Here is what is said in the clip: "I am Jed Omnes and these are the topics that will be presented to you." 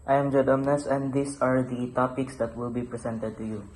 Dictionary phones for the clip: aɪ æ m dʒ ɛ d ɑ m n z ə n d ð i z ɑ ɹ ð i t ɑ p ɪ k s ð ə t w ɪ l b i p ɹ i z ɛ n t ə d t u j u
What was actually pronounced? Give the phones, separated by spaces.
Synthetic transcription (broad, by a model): aɪ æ m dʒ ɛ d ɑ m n s ə n d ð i s ɑ ɹ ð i t ɑ p ɪ k s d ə t w ɪ l b i p ɹ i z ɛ n t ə d t u j u